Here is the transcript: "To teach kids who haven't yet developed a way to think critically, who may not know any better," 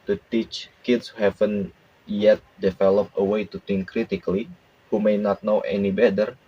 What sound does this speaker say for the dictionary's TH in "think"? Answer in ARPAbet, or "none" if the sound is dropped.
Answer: T